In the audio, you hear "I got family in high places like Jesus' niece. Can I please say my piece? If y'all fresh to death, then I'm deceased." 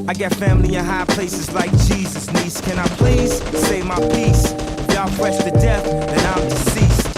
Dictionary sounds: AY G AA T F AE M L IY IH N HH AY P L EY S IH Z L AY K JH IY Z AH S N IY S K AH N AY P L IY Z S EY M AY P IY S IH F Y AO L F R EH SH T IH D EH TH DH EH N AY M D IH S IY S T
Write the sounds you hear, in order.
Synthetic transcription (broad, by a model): AY G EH T F AE M L IY IH N HH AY P L EY S IH Z L AY K JH IY Z AH S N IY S K AH N AY P L IY Z S EY M AY P IY S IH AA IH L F R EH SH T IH D EH TH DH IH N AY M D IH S IY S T